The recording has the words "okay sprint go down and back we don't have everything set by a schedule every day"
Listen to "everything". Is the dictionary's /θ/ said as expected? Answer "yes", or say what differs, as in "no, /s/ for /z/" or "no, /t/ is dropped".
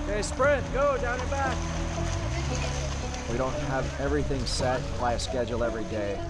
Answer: yes